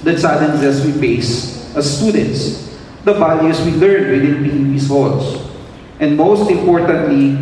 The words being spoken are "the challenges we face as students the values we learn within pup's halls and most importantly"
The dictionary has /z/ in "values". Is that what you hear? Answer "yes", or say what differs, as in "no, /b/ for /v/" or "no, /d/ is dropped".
no, /s/ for /z/